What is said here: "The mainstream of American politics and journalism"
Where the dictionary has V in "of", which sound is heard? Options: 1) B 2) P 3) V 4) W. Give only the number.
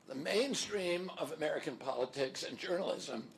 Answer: 3